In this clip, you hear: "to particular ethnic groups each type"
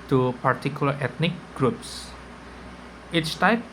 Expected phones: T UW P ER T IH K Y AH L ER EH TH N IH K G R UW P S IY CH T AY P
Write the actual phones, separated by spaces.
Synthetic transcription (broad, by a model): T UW P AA T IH K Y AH L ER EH T N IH K G R UW P S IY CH T AY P